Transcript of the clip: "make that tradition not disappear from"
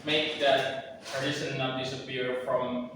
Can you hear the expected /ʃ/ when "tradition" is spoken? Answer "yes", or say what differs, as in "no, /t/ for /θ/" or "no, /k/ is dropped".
no, /s/ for /ʃ/